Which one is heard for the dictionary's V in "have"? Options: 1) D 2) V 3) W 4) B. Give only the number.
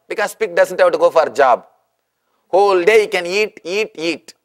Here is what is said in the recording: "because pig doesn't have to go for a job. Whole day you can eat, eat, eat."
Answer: 4